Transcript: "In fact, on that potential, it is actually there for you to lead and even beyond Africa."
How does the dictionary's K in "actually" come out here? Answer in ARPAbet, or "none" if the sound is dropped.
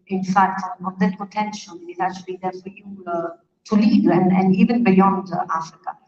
none